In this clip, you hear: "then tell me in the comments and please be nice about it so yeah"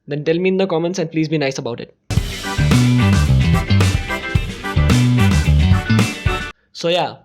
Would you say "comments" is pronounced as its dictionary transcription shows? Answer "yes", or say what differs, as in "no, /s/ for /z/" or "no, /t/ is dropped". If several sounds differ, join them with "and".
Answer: yes